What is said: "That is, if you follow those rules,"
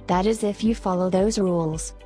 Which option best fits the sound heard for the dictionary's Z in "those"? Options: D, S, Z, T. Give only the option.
Z